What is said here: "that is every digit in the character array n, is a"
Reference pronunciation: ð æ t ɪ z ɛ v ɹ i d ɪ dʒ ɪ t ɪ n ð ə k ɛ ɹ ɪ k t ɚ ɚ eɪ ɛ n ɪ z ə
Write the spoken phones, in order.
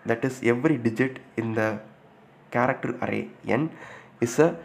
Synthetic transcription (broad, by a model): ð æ t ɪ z ɛ v ɹ i d ɪ dʒ ɪ t ɪ n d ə k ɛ ɹ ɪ k t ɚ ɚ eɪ ɛ n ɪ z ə